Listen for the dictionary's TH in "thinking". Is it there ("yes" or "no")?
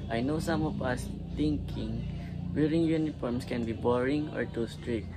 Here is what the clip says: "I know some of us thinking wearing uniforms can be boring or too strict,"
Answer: no